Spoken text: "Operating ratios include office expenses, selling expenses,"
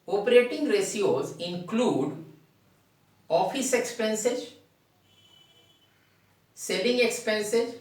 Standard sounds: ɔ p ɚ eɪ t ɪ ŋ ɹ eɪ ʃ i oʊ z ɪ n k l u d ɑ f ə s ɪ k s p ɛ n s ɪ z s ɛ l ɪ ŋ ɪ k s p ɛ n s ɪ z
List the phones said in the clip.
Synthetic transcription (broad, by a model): ɔ p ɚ eɪ t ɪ ŋ ɹ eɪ s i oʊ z ɪ n k l u d ɑ f ə s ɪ k s p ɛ n s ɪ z s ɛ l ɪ ŋ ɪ k s p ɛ n s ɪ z